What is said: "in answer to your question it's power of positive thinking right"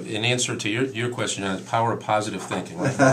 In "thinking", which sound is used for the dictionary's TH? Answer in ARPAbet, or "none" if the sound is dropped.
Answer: TH